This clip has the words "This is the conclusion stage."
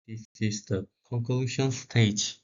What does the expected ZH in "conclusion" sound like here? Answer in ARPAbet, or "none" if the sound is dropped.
SH